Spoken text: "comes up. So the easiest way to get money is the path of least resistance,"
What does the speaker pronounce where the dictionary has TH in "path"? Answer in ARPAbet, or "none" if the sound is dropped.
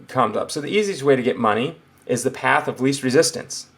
TH